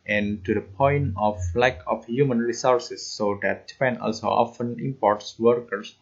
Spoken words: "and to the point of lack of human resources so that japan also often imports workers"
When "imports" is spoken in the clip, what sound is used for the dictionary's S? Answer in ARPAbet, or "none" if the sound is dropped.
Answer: S